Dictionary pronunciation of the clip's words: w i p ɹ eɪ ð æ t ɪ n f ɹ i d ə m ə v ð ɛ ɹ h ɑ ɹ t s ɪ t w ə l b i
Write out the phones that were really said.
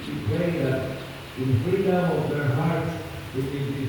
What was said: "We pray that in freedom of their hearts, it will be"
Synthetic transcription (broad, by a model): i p eɪ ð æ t ɪ n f ɹ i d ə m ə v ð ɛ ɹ h ɑ ɹ t s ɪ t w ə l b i